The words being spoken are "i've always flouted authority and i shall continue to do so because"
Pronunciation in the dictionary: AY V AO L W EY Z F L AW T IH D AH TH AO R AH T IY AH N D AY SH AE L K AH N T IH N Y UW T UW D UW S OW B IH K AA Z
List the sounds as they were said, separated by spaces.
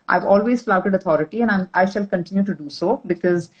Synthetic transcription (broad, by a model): AY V AO L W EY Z F L AW T IH D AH T AO R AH T IY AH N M AY SH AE L K AH N T IH N Y UW T UW D UW S OW B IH K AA Z